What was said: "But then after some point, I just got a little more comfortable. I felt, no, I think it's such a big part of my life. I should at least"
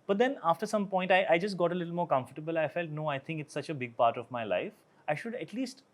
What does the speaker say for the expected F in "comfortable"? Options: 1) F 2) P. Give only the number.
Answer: 1